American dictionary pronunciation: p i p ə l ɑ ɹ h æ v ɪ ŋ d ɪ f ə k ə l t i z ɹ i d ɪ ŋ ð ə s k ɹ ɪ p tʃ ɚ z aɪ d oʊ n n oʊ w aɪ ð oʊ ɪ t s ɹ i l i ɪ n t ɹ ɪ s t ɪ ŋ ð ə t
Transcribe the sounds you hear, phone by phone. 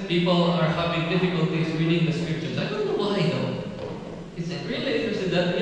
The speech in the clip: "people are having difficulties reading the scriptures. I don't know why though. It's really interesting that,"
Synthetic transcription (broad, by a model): p i p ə l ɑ ɹ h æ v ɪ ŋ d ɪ f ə k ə l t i s ɹ i d ɪ ŋ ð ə s k ɹ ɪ p tʃ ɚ s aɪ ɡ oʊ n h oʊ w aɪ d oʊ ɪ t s ɹ i l i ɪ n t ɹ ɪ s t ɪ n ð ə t